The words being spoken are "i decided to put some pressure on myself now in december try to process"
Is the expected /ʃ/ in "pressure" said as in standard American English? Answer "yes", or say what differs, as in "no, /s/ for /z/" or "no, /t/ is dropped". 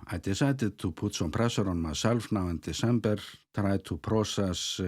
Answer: no, /s/ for /ʃ/